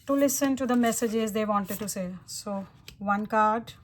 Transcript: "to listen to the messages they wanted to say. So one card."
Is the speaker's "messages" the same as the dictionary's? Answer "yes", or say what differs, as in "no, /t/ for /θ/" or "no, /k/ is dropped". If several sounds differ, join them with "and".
yes